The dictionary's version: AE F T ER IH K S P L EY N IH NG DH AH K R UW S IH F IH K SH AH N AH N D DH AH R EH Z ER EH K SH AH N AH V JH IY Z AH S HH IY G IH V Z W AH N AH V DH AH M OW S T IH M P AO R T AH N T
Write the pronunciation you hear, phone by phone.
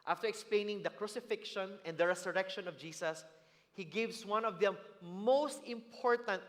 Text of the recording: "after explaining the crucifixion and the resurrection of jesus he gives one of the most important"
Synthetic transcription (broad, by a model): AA F T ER IH K S P L EY N IH NG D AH K R UW S IH F IH K SH AH N AH N D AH R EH S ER EH K SH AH N AH V JH IY S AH S HH IY G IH V S W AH N AH V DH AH M OW S T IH M P AO R T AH N T